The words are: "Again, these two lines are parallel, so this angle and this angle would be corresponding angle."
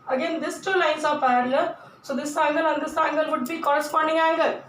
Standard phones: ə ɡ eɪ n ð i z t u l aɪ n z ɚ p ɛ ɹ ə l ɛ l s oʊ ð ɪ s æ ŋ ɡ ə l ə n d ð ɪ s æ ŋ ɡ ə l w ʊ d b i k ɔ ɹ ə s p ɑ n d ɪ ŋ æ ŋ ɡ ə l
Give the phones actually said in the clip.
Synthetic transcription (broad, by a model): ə ɡ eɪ n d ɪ s t u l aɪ n s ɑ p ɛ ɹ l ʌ s oʊ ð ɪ s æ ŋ ɡ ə l ə n d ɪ s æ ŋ ɡ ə l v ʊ d b i k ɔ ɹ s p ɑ n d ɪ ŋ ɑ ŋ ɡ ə